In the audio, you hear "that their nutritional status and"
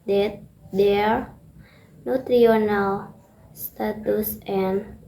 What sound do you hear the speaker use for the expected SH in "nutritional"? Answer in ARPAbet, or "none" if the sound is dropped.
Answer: none